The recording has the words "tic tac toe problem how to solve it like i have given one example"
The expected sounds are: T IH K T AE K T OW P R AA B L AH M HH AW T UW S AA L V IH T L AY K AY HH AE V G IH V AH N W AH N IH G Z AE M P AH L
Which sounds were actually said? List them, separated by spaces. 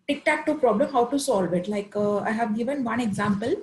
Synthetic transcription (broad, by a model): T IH K T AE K T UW P R AA B L AH M HH AW T UW S AA L V IH T L AY K AY HH AE V G IH V AH N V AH N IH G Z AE M P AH L